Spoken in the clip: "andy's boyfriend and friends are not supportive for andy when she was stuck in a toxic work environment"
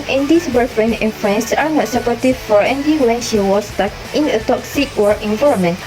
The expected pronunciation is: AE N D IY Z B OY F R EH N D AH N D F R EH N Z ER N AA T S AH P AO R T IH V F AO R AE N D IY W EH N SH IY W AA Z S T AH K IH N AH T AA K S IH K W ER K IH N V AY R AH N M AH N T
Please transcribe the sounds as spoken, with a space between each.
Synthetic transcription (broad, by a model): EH N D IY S B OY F R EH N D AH N F R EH N S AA N AA T S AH P AO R T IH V F AO R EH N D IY W EH N SH IY W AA S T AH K IH N AH T AA K S IH K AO IH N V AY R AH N M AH N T